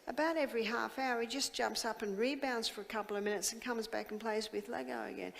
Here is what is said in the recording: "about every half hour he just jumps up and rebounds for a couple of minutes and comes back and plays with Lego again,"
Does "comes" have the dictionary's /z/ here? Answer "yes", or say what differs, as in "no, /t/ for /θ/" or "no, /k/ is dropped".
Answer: yes